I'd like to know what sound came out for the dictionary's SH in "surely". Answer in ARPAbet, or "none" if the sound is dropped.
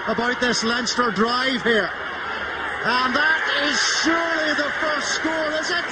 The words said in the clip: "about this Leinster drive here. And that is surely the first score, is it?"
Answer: SH